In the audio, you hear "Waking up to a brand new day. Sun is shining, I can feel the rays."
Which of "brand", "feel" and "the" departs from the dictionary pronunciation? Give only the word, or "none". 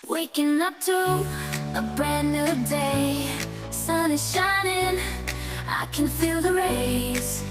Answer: brand